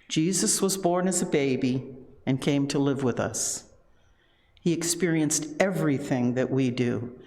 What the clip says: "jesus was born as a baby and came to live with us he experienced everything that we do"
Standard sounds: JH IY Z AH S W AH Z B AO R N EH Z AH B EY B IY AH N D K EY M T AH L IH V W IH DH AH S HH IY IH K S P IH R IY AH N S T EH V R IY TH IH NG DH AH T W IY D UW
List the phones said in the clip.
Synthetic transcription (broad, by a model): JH IY Z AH S W AH Z B AO R N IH Z AH B EY B IY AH N K EY M T AH L IH V W IH DH AH S HH IY IH K S P IH R IY AH N S T EH V R IY TH IH NG DH AH T W IY D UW